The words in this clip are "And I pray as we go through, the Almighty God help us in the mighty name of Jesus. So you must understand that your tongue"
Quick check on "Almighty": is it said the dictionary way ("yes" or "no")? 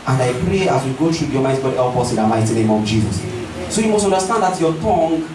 no